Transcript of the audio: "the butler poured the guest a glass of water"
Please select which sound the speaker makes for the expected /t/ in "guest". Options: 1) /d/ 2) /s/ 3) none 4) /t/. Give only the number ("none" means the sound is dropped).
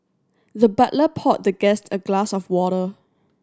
4